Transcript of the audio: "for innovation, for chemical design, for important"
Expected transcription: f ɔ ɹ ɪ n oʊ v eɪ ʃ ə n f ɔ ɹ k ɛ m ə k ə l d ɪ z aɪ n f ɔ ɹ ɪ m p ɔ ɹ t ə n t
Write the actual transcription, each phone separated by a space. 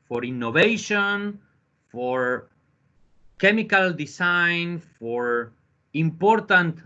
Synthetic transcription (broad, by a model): f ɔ ɹ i n oʊ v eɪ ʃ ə n f ɔ ɹ k ɛ m ə k ə l d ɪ s aɪ n f ɔ ɹ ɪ m p ɔ ɹ t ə n t